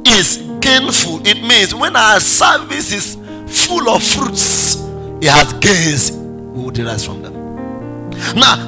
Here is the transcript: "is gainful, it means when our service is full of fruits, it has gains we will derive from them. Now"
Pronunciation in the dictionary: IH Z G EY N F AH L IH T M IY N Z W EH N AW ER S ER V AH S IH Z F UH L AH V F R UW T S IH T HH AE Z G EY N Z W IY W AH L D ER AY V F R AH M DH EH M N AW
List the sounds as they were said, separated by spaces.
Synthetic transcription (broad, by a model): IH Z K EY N F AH L IH T M IY N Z W EH N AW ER S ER V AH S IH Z F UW L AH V F R UW T S IH T HH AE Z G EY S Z W IY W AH D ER AY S F R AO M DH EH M N AW